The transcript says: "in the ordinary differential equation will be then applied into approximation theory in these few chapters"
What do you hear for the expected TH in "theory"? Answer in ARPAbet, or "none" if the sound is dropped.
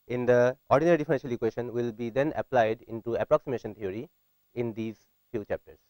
T